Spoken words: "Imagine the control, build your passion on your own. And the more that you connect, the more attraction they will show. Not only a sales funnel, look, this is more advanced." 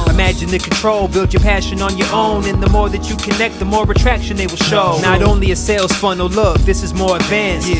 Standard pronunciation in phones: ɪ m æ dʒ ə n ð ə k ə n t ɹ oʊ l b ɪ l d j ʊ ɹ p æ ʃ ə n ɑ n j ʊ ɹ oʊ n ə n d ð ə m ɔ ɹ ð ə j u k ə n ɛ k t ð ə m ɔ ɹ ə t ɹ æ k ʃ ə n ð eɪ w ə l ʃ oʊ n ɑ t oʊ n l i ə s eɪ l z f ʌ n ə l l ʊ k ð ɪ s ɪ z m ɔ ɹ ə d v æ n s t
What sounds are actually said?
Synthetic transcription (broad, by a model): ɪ m æ dʒ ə n ð ə k n t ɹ oʊ l b ɪ l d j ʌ ɹ p æ ʃ ə n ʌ n j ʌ ɹ oʊ n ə n ð ə m ɔ ɹ ð ə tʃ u k ə n ɛ k t ð ə m ɔ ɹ ə t ɹ æ k ʃ ə n ð eɪ w ə l ʃ oʊ n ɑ t oʊ n l i ə s eɪ l z f ʌ n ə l l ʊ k ð ɪ s ɪ z m ɔ ɹ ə d v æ n s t